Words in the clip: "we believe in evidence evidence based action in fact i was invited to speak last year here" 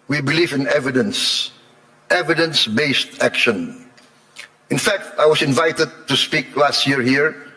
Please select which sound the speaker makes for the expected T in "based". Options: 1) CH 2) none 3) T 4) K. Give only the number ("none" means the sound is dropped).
3